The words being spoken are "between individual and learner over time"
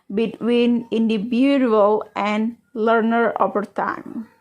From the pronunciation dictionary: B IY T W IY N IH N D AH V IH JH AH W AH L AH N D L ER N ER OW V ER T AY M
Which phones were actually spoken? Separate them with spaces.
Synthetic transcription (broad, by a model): B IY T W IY N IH N D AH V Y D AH L AH N D L ER N ER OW P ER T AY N